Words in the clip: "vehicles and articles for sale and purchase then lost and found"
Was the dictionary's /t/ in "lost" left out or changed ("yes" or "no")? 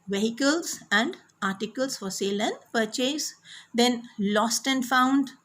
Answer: no